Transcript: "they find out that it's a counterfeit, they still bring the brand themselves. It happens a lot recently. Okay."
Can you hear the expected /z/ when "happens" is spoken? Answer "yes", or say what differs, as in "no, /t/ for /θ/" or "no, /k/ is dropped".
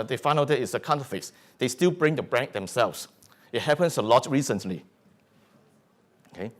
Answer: no, /s/ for /z/